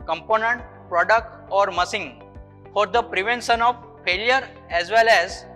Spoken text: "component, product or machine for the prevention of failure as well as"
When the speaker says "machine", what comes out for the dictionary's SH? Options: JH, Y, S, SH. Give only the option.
S